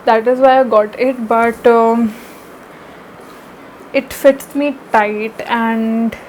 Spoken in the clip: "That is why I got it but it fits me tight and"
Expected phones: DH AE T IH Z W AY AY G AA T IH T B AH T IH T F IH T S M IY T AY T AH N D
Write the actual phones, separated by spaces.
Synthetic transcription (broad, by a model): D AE T IH Z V AY AY G AA T IH T B AH T IH T F IH T S M IY T AY T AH N D